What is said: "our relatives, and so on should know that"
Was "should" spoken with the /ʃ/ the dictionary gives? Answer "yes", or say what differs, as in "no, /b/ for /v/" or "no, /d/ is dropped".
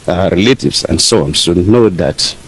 no, /s/ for /ʃ/